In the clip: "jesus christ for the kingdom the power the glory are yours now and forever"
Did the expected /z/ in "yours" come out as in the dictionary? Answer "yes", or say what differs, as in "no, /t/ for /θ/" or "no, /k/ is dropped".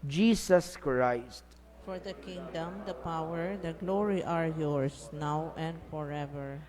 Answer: no, /s/ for /z/